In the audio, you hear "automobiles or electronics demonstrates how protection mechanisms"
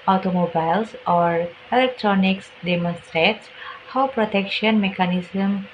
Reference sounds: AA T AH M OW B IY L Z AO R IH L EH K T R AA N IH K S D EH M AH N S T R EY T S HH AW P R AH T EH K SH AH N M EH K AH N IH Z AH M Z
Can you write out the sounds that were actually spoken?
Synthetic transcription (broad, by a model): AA T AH M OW B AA L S AO R IH L EH K T R AA N IH K S D EH M AH N S T R EY T S HH AW P R AH T EH K SH AH N M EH K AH N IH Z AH M